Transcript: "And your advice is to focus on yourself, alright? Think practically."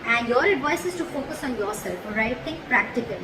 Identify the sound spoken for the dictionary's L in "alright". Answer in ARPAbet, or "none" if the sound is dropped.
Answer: none